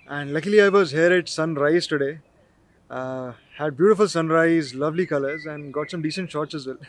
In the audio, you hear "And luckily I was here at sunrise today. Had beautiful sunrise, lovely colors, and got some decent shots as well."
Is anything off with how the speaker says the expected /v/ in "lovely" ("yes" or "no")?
no